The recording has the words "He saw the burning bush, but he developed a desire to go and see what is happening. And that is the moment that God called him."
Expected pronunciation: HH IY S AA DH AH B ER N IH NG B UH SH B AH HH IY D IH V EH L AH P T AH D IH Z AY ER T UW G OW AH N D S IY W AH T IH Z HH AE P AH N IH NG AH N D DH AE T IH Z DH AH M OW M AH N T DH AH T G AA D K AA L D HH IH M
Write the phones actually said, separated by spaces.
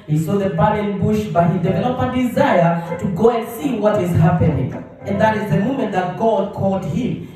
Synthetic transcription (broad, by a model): HH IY S AA DH AH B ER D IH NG B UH SH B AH HH IY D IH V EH L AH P AH D IH Z AY ER T UW G OW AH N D S IY W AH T IH Z HH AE P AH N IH NG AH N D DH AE T IH Z DH AH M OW M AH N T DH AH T G AA D K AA L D HH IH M